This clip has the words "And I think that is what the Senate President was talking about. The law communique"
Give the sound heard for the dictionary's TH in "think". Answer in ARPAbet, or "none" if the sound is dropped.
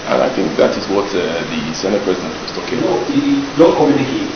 TH